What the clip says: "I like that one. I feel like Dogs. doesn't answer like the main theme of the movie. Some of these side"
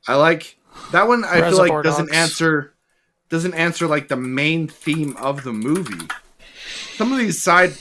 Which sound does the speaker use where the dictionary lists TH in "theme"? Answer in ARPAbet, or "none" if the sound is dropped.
TH